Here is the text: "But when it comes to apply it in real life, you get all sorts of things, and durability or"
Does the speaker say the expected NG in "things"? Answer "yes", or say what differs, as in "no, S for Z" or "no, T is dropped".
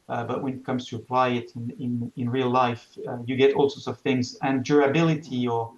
yes